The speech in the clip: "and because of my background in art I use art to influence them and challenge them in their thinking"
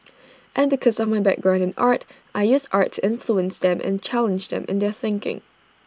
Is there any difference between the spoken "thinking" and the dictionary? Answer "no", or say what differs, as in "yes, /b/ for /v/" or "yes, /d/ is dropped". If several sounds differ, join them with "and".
no